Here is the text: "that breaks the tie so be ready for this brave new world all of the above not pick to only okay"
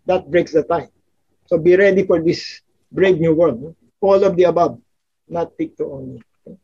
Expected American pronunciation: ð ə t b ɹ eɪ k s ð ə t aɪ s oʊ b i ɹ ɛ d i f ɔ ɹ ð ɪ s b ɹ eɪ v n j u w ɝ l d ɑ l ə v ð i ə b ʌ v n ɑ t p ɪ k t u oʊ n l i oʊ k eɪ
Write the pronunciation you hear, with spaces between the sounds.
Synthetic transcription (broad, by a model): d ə t b ɹ eɪ k s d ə t aɪ s oʊ b i ɹ ɛ d i f ɔ ɹ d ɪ s b ɹ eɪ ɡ n j u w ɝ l ɑ l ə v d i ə b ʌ b n ɑ t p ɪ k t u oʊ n i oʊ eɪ